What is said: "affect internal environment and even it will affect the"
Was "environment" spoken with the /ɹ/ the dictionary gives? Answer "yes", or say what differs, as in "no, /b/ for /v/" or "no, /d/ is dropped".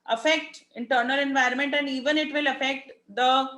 yes